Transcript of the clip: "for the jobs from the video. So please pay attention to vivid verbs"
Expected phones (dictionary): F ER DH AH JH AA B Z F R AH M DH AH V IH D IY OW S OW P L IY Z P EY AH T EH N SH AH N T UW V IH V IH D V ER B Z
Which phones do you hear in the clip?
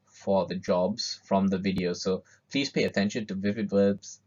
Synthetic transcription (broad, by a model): F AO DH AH JH AA B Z F R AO M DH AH V IH D IY OW S OW P L IY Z P EY AH T EH N SH AH N T UW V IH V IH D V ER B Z